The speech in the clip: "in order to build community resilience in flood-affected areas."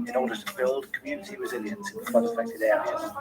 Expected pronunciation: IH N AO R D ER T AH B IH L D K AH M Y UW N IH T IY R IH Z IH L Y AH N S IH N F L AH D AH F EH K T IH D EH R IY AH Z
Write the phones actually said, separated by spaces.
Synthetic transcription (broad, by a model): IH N AO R D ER T AH B IH L D K AH M Y UW N IH T IY R IH Z IH L Y AH N S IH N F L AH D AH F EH K T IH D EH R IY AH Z